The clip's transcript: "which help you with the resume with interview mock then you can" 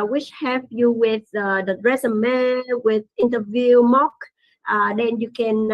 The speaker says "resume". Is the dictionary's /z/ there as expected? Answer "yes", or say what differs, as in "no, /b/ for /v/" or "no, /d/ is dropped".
no, /s/ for /z/